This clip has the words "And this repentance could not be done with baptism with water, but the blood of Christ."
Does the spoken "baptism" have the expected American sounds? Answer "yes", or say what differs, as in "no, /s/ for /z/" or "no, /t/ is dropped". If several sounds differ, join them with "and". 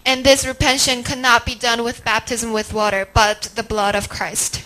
yes